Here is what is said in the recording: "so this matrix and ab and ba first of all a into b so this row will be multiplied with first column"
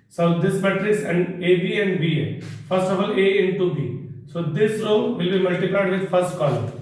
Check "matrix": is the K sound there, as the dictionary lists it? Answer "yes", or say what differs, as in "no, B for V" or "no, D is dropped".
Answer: no, K is dropped